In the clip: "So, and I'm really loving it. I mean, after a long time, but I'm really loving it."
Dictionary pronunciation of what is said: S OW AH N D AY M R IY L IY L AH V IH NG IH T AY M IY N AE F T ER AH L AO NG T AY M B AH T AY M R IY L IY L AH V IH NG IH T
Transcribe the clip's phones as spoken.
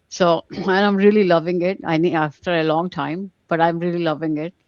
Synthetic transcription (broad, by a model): S OW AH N AY M R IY L IY L AH V IH NG IH T AY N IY AA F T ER AH L AO NG T AY M B AH T AY M R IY L IY L AH V IH NG IH T